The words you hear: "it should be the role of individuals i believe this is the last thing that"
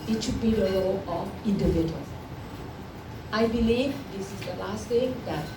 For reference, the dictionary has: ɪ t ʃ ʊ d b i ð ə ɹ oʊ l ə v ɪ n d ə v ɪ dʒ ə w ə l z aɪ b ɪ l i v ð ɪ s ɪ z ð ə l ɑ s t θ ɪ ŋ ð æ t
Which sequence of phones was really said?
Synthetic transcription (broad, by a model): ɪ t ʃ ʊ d b i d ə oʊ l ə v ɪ n d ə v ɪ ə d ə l aɪ b ɪ l i v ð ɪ s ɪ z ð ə l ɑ s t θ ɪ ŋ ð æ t